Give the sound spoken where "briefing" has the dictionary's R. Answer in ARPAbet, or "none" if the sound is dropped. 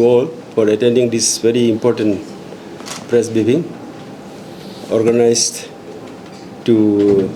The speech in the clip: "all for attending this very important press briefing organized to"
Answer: none